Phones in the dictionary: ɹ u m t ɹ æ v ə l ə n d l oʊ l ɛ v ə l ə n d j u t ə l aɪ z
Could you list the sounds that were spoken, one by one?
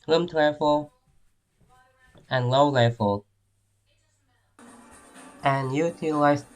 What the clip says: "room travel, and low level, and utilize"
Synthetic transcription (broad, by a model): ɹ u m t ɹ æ f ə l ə n l oʊ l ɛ f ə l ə n j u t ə l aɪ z